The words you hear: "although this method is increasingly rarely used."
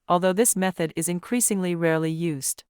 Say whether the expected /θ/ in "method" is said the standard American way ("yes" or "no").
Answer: yes